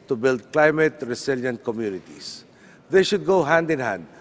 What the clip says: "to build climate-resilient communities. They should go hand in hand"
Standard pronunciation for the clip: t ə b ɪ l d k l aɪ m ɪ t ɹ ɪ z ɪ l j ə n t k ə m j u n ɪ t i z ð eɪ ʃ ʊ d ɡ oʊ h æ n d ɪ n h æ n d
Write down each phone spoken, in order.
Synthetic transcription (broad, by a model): t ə b ɪ l d k l aɪ m ɪ t ɹ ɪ s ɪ l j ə n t k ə m j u n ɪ t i s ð eɪ ʃ ʊ d ɡ oʊ h æ n d ɪ n h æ n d